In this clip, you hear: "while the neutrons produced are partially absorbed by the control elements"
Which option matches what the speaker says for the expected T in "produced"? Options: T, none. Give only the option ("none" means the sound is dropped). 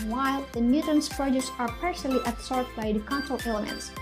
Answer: none